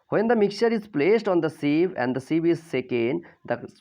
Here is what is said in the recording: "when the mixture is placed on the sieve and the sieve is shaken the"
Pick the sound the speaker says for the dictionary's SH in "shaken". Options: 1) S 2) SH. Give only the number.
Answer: 1